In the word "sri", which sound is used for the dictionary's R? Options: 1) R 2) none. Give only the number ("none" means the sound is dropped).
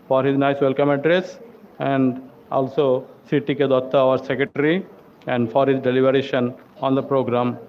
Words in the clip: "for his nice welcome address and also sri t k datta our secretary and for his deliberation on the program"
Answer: 2